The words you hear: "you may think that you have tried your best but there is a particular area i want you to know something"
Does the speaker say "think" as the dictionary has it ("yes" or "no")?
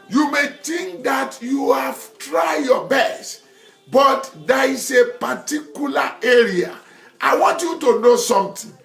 no